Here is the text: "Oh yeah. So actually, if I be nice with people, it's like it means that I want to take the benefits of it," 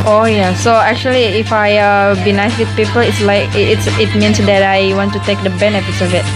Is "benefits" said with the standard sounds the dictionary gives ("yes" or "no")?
yes